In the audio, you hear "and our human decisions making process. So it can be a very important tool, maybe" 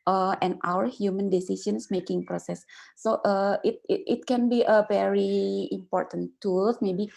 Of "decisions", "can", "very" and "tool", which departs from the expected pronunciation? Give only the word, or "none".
decisions